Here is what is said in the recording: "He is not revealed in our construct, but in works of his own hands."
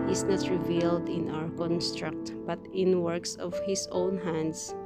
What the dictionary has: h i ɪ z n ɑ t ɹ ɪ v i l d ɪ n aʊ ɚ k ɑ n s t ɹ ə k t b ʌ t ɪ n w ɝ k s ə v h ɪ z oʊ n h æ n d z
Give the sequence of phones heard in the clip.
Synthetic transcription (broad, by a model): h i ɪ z n ɑ t ɹ ɪ v i l d ɪ n aʊ ɚ k ɑ n s t ɹ ə k t b ʌ t ɪ n w ɝ k s ə v h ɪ s oʊ n h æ n d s